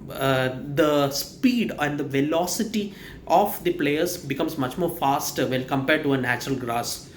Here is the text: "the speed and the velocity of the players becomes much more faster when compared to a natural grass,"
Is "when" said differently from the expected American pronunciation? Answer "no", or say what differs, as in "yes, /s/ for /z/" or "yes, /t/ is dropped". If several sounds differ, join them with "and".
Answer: yes, /l/ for /n/